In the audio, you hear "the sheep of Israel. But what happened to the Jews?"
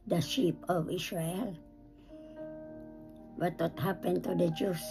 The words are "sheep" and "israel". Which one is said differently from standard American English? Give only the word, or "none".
israel